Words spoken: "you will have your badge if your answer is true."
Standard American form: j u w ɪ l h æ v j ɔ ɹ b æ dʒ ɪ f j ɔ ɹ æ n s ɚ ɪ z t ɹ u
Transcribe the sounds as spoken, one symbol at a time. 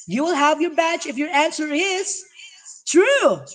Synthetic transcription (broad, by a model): j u w ɪ l h æ v j ɔ ɹ b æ tʃ ɪ f j ɔ ɹ æ n s ɚ ɪ z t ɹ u